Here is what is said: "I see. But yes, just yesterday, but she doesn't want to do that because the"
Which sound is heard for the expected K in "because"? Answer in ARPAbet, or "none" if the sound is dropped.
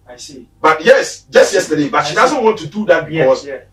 none